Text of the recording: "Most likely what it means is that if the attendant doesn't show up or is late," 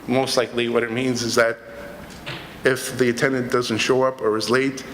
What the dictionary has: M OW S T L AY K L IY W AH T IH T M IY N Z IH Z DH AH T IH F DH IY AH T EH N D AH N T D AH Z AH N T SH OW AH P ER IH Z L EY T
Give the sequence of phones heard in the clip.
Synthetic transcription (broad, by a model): M OW S T L AY K L IY W AH T IH T M IY N Z IH Z DH AH T IH F DH IY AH T EH N D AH N D AH Z AH N T SH OW AH P ER IH Z L EY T